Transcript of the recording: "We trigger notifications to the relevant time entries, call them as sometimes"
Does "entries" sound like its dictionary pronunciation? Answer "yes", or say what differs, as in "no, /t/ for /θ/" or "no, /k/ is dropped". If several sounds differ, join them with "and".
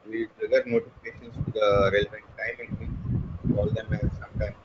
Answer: no, /ɹ/ is dropped